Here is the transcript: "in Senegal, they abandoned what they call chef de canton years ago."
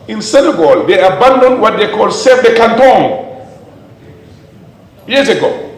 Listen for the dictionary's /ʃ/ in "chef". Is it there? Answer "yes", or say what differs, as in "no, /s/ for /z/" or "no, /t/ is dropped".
no, /s/ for /ʃ/